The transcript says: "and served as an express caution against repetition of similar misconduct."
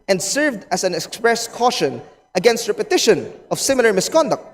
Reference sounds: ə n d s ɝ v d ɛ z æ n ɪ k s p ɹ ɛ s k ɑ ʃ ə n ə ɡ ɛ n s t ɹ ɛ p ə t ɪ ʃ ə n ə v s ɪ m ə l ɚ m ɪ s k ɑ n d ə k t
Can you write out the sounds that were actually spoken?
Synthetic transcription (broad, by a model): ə n d s ɝ v d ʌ s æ n ɪ k s p ɹ ɛ s k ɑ ʃ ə n ə ɡ ɛ n s t ɹ ɛ p ə t ɪ ʃ ə n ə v s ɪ m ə l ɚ m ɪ s k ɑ n d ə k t